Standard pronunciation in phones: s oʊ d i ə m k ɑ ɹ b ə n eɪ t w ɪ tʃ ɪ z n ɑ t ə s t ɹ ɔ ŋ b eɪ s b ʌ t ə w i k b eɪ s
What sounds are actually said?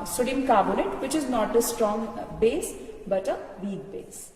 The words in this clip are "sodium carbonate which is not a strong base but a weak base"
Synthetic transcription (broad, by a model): s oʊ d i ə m k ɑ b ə l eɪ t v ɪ tʃ ɪ z n ɑ t ə s t ɹ ɔ ŋ b eɪ s b ʌ t ə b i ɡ b eɪ s